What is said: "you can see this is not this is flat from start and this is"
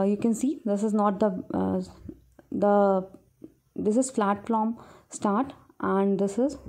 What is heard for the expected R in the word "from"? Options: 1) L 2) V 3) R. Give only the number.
1